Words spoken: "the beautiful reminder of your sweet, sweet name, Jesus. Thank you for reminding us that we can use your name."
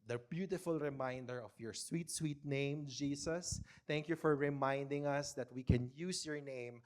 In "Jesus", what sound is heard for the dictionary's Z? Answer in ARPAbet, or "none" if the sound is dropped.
S